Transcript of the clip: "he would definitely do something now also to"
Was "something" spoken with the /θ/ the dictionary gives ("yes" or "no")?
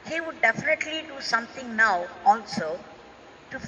no